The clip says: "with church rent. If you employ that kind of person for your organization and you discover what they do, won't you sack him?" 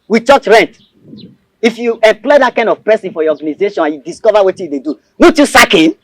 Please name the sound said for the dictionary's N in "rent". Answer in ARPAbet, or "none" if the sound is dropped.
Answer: N